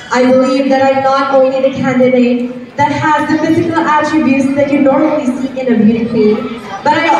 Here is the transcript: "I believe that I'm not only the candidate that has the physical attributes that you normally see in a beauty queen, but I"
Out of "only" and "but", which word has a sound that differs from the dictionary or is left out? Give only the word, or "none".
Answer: only